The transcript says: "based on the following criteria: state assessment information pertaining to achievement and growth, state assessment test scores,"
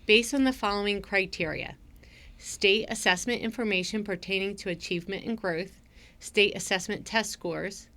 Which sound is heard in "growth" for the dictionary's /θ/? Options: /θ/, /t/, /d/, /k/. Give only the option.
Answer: /θ/